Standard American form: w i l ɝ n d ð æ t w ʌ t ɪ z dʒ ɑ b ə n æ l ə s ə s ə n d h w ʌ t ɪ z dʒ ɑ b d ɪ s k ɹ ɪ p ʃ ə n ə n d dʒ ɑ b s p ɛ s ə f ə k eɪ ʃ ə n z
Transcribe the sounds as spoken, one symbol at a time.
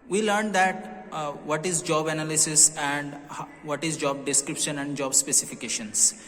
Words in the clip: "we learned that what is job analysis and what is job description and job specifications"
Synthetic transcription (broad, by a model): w i l ɝ n d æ t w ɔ t ɪ z dʒ ɑ b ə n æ l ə s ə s ə n d h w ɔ t ɪ z dʒ ɑ b d ɪ s k ɹ ɪ p ʃ ə n ə n d dʒ ɑ b s p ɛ s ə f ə k eɪ ʃ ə n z